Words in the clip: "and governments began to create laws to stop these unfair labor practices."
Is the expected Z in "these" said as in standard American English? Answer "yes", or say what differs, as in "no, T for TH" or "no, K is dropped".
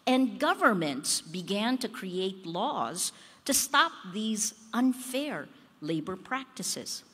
yes